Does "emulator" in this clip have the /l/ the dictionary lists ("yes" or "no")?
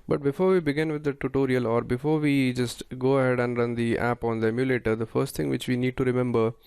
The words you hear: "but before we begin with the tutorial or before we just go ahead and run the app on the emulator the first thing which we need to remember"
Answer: yes